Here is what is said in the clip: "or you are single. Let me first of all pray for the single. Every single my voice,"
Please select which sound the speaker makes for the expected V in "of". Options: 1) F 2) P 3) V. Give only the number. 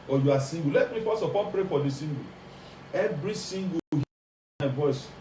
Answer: 2